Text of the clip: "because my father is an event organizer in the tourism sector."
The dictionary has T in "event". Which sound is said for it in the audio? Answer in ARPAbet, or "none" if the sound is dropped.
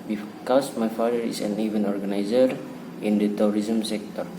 none